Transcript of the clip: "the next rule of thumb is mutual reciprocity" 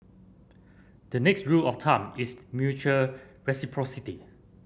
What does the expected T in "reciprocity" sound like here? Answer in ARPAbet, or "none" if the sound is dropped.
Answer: T